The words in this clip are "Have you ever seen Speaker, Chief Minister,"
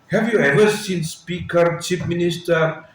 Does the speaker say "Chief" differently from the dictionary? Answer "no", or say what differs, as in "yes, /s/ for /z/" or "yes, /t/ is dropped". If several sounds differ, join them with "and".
yes, /p/ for /f/